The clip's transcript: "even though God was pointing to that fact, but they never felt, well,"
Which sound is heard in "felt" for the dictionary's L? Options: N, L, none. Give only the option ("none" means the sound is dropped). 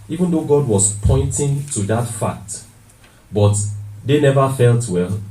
L